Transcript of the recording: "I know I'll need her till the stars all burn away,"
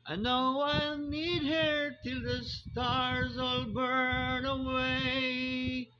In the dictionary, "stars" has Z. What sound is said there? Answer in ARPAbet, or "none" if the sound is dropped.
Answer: Z